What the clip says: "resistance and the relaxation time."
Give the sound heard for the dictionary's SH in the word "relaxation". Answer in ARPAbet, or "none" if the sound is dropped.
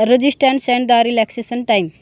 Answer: S